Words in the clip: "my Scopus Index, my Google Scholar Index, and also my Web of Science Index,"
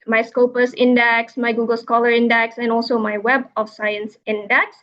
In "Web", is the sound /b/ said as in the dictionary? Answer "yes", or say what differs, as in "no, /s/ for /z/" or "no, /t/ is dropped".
yes